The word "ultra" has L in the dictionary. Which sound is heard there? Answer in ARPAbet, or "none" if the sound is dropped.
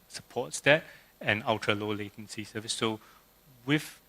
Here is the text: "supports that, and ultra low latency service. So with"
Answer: none